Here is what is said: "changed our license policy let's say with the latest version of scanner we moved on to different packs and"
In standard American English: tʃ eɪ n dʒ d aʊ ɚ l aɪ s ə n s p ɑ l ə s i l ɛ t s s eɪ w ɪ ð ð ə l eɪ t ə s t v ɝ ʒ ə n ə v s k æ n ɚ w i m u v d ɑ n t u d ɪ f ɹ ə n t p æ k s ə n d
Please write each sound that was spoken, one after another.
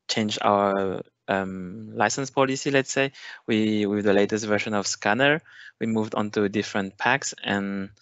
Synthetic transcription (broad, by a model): tʃ eɪ n dʒ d aʊ ɚ l aɪ s ə n s p ɑ l ə s i l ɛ t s s eɪ w ɪ ð ð ə l eɪ t ə s t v ɝ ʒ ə n ə v s k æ n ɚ w i m u v d ɑ n t u d ɪ f ɹ ə n t p æ k s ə n